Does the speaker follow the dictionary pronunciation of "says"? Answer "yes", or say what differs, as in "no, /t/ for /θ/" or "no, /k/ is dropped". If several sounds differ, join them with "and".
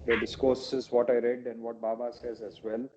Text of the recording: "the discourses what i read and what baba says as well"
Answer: yes